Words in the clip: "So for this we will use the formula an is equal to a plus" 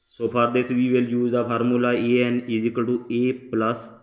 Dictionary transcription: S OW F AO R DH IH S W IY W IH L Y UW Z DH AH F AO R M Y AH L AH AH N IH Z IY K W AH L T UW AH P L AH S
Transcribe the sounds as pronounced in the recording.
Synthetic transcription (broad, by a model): S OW P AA R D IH S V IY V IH L Y UW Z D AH P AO R M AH L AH AH N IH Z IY K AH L T UW AH P L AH S